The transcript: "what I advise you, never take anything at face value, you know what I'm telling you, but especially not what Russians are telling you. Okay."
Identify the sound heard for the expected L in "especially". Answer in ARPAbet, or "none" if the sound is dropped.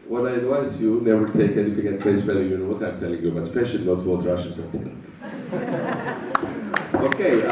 none